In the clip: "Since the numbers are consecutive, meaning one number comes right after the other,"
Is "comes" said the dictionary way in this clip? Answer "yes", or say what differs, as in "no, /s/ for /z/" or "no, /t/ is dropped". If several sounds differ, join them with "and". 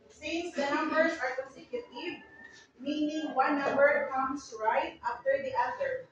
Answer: no, /s/ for /z/